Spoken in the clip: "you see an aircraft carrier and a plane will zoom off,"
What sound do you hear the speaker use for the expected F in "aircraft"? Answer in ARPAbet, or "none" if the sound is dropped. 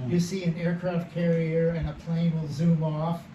F